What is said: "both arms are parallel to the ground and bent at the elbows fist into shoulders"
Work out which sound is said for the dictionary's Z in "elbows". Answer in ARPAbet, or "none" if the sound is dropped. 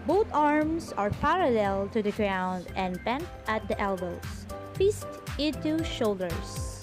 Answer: S